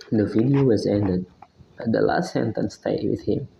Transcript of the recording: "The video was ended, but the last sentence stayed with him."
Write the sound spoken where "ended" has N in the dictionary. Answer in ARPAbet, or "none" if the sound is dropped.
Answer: N